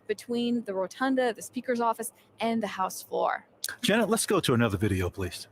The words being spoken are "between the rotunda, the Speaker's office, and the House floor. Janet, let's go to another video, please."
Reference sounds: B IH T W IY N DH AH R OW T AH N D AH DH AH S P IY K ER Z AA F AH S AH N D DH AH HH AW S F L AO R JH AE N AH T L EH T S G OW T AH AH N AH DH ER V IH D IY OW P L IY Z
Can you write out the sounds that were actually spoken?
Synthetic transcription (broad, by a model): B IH T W IY N DH AH R OW T AH N D AH DH AH S P IY K ER Z AA F AH S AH N DH AH HH AW S F L AO R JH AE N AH T L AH T S G OW T AH AH N AH DH ER V IH D IY OW P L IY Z